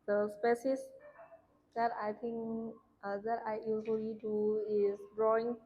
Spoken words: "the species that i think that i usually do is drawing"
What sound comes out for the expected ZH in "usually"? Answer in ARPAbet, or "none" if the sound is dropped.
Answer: Z